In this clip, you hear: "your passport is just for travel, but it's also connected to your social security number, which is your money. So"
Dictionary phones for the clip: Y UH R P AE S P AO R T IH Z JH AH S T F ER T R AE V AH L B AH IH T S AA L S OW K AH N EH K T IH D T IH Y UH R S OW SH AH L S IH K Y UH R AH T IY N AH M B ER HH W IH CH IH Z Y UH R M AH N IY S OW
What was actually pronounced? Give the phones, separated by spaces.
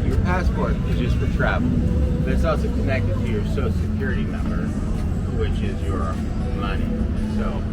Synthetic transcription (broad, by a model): Y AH R P AE S P AO R T IH Z JH AH S T F ER T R AE V L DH IH T S AA L S OW K AH N EH K T IH D T IH Y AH R S OW AH S IH K Y UH R AH T IY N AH M B ER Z W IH CH IH Z Y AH R M AH N IY S OW